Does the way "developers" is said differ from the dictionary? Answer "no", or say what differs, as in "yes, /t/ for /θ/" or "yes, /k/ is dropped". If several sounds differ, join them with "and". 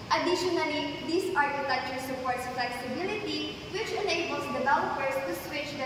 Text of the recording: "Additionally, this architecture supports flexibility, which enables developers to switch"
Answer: yes, /b/ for /v/ and /w/ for /l/ and /s/ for /z/